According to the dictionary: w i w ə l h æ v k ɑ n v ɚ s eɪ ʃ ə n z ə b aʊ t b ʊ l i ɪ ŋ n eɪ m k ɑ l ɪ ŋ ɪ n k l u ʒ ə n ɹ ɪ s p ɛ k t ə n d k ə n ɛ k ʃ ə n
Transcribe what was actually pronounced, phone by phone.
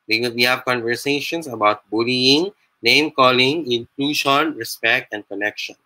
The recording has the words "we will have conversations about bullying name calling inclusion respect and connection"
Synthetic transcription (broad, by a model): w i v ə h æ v k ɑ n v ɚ s eɪ ʃ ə n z ə b aʊ t b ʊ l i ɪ ŋ n eɪ m k ɑ l ɪ ŋ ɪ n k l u ʃ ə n ɹ ɪ s p ɛ k t ə n d k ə n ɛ k ʃ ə n